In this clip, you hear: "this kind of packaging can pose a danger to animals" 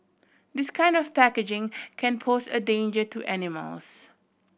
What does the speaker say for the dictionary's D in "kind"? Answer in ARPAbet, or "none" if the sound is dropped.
D